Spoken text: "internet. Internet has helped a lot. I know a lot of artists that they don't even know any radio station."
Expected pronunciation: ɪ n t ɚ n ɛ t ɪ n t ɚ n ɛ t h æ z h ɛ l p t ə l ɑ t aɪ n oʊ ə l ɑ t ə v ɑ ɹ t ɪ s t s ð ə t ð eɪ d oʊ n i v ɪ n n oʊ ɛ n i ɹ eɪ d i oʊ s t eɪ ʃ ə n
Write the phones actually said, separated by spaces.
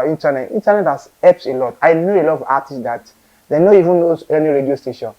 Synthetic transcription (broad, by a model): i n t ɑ n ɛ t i n t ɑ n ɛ t h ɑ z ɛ p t ə l ɑ t aɪ n oʊ ə l ɑ t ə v ɑ t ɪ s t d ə t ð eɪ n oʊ i v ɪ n n oʊ ɛ n i ɹ eɪ d i oʊ s t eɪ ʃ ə n